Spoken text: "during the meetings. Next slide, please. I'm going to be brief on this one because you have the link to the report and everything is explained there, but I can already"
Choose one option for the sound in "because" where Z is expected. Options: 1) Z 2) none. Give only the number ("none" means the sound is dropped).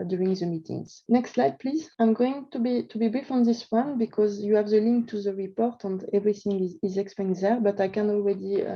1